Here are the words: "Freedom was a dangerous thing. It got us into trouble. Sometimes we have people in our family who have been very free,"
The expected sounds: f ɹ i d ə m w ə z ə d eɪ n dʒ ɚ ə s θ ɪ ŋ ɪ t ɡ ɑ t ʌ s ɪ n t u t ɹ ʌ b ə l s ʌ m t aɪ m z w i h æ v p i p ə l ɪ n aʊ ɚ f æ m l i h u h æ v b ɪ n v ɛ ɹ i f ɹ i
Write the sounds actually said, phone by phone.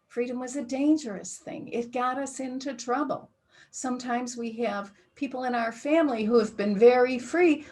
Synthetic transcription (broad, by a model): f ɹ i d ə m w ə z ə d eɪ n dʒ ɚ ə s θ ɪ ŋ ɪ t ɡ ɑ t ʌ s ɪ n t u t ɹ ʌ b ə l s ʌ m t aɪ m z w i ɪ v p i p l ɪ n aʊ ɚ f æ m l i h u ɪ v b ɪ n v ɛ ɹ i f ɹ i